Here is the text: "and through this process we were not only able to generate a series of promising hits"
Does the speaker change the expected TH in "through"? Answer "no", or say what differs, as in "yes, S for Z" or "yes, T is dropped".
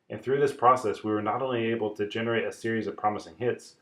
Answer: no